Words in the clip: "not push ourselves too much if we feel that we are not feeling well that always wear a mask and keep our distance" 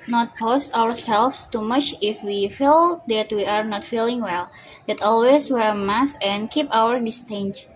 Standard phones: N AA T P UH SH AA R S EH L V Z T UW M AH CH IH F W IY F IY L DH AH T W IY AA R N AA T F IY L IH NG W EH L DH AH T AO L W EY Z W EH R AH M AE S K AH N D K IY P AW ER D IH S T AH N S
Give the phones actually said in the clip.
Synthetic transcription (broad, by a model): N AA T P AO S AA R S EH L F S T UW M AH CH IH F W IY F IY L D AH T W IY AA R N AA T F IY L IH NG W EH L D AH T AO L W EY S W EH R AH M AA S AH N K IY P AW ER D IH S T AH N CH